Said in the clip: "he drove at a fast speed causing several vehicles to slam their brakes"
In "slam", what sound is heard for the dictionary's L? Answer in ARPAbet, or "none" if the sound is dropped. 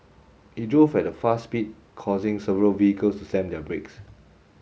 none